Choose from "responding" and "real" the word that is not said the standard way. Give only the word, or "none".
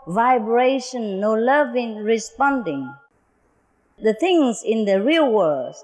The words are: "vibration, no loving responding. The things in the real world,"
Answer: none